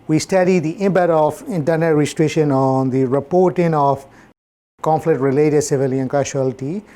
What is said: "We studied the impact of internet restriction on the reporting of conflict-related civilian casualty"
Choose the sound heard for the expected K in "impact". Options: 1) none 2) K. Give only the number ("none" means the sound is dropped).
1